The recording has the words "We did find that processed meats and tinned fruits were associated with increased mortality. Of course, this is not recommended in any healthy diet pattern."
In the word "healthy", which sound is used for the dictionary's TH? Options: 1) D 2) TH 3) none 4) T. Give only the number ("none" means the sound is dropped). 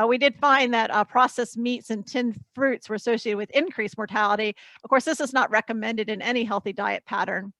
2